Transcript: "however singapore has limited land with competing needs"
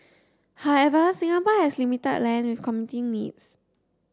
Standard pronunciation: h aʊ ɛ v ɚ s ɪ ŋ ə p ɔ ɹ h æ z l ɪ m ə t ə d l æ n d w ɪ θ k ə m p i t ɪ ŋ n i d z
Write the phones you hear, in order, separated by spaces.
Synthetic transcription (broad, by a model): h aʊ ɛ v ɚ s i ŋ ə p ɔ h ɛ s l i m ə t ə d l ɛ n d w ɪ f k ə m i t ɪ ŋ n i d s